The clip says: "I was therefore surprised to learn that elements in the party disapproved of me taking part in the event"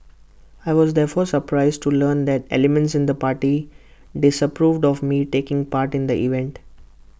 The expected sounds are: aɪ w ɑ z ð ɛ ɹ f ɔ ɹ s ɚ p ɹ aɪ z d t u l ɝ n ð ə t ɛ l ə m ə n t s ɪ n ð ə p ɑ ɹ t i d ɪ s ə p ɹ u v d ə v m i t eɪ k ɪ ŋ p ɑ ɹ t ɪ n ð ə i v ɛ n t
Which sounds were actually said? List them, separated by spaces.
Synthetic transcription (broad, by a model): aɪ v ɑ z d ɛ ɹ f ɔ ɹ s ɚ p ɹ aɪ z d t u l ɝ n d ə t ɛ l ə m ə n t s ɪ n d ə p ɑ ɹ t i d ɪ s ə p ɹ u v d ə v m i t eɪ k ɪ ŋ p ɑ ɹ t ɪ n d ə i v ɛ n t